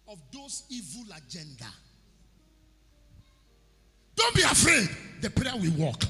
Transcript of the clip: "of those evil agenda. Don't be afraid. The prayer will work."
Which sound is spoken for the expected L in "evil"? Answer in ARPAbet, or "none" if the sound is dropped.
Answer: L